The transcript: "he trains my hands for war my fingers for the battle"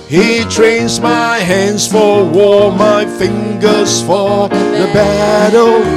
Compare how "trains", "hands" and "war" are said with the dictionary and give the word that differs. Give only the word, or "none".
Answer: none